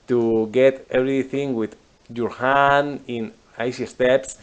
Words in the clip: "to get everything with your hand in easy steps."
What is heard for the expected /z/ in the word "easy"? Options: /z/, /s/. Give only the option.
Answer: /s/